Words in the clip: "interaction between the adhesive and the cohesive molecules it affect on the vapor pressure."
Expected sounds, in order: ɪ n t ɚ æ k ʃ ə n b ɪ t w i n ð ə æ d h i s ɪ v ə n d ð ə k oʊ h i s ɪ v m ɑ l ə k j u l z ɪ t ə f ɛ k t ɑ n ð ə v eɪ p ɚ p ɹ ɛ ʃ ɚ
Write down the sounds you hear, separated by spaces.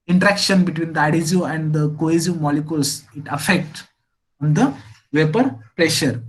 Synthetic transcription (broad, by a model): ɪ n t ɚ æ k ʃ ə n b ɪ t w i n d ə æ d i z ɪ ə n d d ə k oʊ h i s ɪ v m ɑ l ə k j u l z ɪ t ə f ɛ k t ɑ n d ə v eɪ p ɚ p ɹ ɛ ʃ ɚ